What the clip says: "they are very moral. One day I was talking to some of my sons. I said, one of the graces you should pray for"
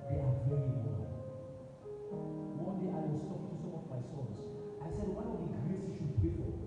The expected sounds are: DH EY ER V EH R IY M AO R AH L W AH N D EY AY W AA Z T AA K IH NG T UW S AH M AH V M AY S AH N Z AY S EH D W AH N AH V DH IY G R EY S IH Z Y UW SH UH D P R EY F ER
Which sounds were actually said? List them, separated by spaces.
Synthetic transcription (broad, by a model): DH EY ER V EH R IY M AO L W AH N D EY AY W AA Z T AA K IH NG T UW S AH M AH V M AY S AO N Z AY S EH D W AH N AH V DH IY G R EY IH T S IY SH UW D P EY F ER